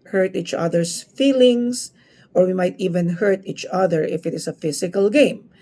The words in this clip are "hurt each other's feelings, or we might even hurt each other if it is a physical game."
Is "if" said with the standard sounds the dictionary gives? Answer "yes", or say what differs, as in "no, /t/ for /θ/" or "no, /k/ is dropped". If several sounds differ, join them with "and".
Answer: yes